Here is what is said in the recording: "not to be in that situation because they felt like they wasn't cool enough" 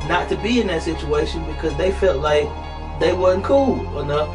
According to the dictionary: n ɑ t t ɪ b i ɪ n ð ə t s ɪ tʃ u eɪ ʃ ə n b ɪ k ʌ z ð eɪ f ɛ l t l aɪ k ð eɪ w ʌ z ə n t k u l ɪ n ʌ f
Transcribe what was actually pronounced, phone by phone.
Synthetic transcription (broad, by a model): n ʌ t t ɪ b i ɪ n ð ə t s ɪ tʃ u eɪ ʃ ə n b ɪ k ʌ z ð eɪ f ɛ l t l aɪ k ð eɪ w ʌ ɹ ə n k u l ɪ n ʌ